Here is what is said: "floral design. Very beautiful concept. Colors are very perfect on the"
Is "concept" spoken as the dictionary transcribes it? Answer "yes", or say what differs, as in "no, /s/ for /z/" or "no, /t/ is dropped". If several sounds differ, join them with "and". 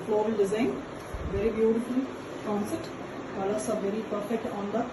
no, /p/ is dropped